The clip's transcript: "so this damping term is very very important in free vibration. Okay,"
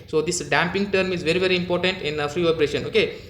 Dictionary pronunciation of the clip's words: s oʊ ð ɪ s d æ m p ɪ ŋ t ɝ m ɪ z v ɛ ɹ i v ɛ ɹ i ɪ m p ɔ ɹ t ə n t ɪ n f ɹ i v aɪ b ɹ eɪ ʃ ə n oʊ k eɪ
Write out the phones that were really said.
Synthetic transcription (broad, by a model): s oʊ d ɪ s d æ m p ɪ ŋ t ɝ m ɪ z v ɛ ɹ i v ɛ ɹ i ɪ m p ɔ ɹ t ə n t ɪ n f ɹ i p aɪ ɹ eɪ ʃ ə n oʊ k eɪ